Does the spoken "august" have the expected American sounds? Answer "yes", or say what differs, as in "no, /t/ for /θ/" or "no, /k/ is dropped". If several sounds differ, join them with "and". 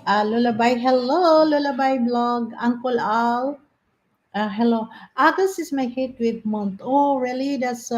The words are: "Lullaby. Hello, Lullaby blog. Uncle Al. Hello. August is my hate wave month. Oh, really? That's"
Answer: no, /t/ is dropped